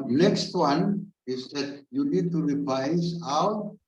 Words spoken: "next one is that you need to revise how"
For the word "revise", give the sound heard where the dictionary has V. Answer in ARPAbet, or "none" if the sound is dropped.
P